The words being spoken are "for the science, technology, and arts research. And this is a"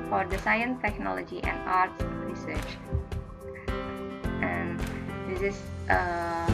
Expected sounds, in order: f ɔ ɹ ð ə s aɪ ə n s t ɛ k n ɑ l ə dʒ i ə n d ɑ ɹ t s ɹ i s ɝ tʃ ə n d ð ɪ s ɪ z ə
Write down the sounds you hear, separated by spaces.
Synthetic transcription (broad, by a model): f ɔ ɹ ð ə s aɪ ə n s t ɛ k n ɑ l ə dʒ i ə n d ɑ ɹ t s ɹ i s ɝ tʃ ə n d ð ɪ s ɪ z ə